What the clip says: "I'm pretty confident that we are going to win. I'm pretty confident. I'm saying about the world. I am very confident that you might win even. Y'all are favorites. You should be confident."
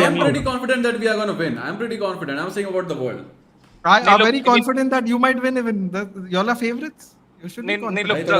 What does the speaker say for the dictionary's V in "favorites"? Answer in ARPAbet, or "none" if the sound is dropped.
V